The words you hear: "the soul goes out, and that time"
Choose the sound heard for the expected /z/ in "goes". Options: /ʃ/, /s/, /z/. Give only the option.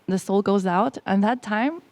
/z/